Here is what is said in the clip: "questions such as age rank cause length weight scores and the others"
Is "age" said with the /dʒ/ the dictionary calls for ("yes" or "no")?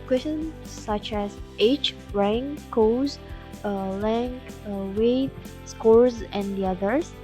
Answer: no